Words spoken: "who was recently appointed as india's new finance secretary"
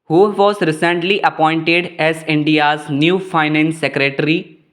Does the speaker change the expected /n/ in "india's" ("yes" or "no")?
no